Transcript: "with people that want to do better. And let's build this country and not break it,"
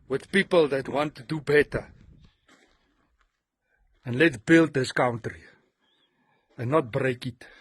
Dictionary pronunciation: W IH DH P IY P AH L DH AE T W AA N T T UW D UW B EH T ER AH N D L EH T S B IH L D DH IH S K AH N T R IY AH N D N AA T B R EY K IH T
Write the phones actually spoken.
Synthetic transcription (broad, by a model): W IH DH P IY P AH L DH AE T W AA N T T UW D UW B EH T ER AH N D L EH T B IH L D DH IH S K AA N T R IY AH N N AA T B R EY K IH T